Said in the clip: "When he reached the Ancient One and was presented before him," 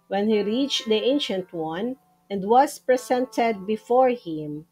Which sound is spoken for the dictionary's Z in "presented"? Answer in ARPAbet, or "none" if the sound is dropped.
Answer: S